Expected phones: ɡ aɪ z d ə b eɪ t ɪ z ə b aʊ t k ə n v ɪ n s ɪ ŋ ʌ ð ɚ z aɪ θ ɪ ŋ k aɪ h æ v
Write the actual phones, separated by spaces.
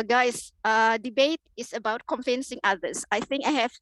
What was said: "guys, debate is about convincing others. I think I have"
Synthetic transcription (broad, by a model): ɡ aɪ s d ə b eɪ t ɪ s ə b aʊ t k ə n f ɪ n s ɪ ŋ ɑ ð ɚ s aɪ θ ɪ ŋ k aɪ h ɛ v